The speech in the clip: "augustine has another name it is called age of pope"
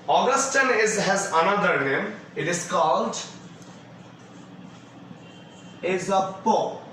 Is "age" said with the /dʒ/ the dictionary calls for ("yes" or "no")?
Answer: no